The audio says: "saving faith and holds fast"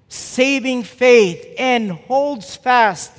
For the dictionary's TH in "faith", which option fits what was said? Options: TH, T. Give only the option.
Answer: TH